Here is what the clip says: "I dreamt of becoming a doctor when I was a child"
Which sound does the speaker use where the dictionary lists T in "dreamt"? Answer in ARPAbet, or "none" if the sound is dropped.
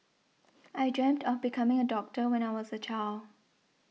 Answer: T